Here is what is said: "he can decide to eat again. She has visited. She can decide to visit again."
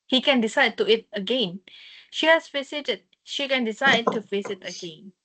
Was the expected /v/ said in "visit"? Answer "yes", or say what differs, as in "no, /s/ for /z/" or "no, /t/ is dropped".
no, /f/ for /v/